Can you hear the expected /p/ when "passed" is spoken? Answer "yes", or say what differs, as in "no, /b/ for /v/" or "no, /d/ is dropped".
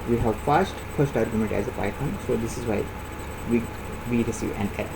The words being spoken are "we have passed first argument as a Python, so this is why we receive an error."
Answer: no, /f/ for /p/